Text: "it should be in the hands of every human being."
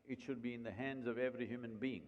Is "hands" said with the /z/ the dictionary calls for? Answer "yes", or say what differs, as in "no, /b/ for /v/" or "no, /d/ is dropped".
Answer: yes